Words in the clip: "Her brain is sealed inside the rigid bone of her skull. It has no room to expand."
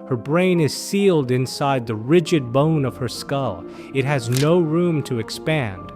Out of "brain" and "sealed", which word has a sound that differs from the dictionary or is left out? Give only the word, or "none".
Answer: none